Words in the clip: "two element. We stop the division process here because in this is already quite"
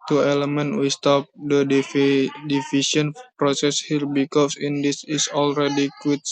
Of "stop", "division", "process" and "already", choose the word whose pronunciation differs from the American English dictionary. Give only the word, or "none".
division